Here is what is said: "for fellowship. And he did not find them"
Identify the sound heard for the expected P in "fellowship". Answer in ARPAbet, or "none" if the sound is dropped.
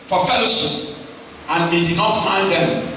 none